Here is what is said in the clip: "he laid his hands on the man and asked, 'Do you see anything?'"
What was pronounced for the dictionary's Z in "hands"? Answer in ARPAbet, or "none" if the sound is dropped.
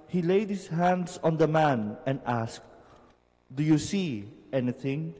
S